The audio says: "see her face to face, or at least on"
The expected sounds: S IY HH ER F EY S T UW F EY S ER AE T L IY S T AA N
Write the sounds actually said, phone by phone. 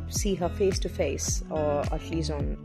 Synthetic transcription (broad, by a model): S IY HH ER F EY S T UW F EY S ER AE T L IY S AA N